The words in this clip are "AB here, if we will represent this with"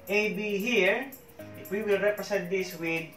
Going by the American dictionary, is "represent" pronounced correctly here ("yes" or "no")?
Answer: no